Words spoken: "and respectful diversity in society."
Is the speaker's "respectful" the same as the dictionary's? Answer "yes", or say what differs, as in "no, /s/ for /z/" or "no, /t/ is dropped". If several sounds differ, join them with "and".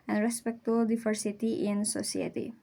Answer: no, /f/ is dropped